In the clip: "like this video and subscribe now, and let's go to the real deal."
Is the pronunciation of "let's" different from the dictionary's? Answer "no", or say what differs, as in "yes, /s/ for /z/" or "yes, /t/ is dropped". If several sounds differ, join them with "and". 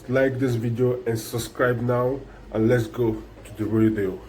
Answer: no